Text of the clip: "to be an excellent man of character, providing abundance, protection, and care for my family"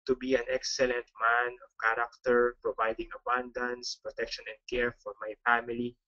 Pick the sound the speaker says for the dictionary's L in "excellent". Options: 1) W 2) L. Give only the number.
2